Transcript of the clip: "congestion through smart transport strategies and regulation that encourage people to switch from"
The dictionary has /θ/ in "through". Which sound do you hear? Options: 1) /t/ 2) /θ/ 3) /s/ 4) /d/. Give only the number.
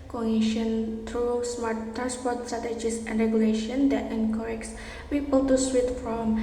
1